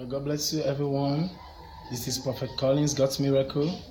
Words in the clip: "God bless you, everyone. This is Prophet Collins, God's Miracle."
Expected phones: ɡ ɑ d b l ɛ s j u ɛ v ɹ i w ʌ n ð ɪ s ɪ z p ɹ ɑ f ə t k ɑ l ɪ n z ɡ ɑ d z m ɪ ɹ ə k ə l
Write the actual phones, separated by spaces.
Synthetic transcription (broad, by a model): ɡ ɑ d b l ɛ s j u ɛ v ɹ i w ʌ n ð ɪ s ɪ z p ɑ f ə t k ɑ l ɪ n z ɡ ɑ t m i ɹ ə k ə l